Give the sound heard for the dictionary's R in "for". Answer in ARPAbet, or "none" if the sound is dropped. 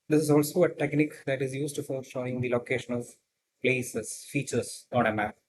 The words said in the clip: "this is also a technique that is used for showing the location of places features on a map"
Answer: R